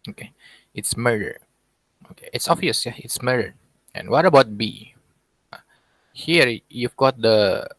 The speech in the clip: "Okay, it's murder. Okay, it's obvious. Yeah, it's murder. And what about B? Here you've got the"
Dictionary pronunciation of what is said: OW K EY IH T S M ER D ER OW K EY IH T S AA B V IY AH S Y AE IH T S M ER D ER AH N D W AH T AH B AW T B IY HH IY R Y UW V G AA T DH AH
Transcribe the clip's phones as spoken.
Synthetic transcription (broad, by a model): OW K EY IH T S M ER D ER OW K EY IH T S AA V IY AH S Y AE IH T S M ER D ER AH N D W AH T AH B AW T B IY HH IY R Y UW V G AA T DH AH